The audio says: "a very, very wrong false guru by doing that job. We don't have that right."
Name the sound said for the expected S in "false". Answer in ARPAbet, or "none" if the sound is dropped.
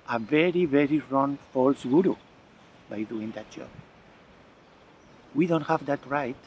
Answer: S